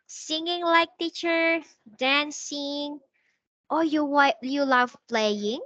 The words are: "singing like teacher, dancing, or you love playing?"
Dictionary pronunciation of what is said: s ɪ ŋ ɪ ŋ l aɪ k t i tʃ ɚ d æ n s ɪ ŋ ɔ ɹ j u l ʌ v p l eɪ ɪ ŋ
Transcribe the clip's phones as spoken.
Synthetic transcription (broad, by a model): s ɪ ŋ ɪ ŋ l aɪ k t i tʃ ɚ d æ n s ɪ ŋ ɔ w j u l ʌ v p l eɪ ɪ ŋ